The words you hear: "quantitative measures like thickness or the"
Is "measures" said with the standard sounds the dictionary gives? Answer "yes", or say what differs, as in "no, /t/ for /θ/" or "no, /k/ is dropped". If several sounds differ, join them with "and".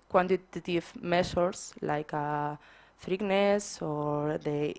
no, /s/ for /ʒ/ and /s/ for /z/